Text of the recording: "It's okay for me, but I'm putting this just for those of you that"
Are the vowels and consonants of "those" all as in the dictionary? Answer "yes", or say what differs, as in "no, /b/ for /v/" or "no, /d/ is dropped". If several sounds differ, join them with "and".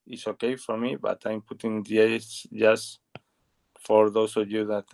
no, /s/ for /z/